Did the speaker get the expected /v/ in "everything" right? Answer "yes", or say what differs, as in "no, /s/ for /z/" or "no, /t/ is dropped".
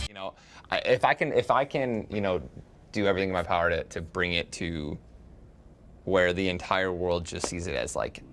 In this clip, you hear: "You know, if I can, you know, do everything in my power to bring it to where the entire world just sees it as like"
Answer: yes